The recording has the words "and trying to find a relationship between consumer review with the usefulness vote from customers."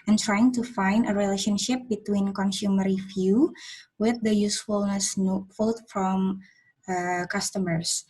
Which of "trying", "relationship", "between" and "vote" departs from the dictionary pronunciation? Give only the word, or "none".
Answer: vote